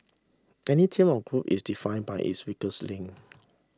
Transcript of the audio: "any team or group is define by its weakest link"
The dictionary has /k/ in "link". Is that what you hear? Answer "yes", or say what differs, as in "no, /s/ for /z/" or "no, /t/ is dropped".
no, /k/ is dropped